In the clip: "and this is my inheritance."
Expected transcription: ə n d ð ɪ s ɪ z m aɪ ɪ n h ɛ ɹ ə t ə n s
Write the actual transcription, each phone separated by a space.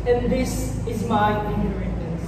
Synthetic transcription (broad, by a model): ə n ð ɪ s ɪ z m aɪ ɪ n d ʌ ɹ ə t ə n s